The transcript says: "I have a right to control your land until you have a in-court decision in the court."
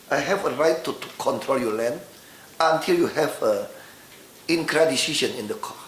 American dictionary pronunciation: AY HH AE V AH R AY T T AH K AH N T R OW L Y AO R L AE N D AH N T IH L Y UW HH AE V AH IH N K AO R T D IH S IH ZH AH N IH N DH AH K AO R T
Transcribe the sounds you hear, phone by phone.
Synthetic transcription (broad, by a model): AY HH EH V AH R AY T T K AH N T R OW L Y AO L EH N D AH N T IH L Y UW HH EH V AH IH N K R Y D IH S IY SH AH N IH N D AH K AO